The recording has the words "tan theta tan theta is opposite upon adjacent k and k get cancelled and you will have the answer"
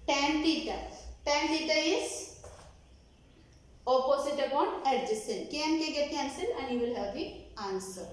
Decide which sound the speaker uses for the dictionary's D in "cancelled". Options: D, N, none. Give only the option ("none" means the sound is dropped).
none